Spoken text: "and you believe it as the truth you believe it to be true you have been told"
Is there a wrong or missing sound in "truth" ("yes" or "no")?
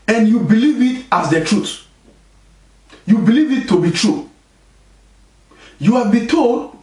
yes